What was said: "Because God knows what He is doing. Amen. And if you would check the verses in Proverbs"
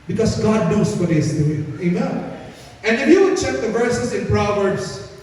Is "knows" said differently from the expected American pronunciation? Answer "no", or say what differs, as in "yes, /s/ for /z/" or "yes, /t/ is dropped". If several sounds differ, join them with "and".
yes, /s/ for /z/